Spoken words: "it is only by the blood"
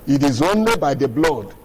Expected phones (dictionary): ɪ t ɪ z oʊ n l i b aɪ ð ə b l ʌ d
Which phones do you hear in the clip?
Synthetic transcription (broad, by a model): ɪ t ɪ z oʊ n l i b aɪ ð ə b l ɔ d